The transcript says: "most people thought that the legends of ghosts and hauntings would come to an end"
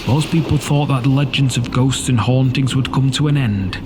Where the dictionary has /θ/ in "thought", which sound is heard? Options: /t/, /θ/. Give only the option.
/θ/